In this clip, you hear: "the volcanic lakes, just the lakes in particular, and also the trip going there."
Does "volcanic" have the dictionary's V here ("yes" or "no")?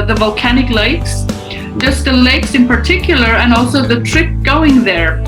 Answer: yes